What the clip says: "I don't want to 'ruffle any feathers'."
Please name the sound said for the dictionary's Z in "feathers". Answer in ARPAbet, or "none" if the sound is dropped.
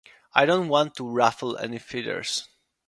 S